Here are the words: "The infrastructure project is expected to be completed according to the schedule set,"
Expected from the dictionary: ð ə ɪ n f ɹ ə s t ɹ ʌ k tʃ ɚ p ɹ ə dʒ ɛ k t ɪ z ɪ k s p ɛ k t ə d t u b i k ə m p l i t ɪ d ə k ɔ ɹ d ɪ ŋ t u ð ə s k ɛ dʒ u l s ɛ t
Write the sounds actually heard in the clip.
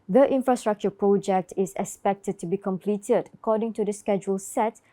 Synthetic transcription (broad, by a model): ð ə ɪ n f ɹ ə s t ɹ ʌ k tʃ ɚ p ɹ ə dʒ ɛ k t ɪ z ɪ k s p ɛ k t ə d t u b i k ə m p l i t ɪ d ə k ɔ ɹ d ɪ ŋ t u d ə s k ɛ dʒ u l s ɛ t